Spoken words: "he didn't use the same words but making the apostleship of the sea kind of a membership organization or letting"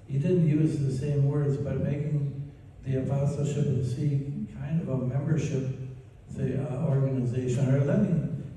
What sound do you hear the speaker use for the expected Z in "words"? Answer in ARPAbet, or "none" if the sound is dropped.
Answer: Z